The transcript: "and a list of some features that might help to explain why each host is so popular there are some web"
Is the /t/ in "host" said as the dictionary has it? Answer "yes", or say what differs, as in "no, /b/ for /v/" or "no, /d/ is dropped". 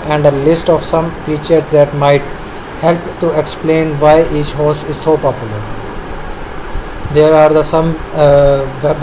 no, /t/ is dropped